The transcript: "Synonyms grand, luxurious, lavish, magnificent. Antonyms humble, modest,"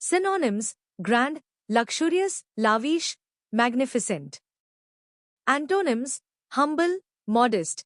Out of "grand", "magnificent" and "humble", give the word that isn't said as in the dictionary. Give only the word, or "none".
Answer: none